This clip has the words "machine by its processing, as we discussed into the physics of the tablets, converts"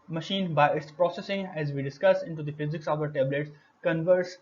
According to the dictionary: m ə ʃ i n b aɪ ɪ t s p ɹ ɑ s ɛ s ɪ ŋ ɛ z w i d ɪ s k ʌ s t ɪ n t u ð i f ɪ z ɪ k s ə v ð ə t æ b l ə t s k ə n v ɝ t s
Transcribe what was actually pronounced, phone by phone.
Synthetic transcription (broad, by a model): m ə ʃ i n b aɪ ɪ t s p ɹ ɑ s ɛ s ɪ ŋ ɛ z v i d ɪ s k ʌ s ɪ n t u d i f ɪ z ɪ k s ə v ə t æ b l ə t s k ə n v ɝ t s